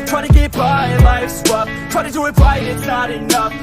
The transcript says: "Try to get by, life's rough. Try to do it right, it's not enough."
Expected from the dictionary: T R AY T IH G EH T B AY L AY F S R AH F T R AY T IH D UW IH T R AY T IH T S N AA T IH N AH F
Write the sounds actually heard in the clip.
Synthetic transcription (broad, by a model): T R AY T IH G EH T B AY L AY F S W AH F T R AY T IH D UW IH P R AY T IH T S N AA T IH N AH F